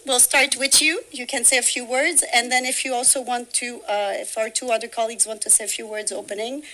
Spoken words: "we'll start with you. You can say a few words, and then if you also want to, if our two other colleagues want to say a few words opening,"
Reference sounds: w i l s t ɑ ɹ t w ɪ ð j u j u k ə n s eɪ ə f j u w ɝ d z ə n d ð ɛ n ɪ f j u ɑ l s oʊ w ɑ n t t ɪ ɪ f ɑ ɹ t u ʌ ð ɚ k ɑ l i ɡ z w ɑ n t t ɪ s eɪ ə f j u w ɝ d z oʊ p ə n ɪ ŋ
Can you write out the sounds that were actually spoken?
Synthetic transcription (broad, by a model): w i l s t ɑ ɹ t w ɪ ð j u j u k ə n s eɪ ə f j u w ɝ d z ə n ð ɛ n ɪ f j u ɑ l s oʊ w ɑ n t t ɪ ɪ f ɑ ɹ t u ʌ ð ɚ k ɑ l i ɡ z w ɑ n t t ɪ s eɪ ə f j u w ɝ d z oʊ p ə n ɪ ŋ